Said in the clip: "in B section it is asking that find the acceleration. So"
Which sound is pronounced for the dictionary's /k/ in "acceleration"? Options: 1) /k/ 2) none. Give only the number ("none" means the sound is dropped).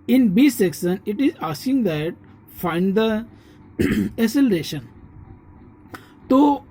2